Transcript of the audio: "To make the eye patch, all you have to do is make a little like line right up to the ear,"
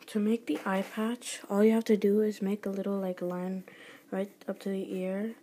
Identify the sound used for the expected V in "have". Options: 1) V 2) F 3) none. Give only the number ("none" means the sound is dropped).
2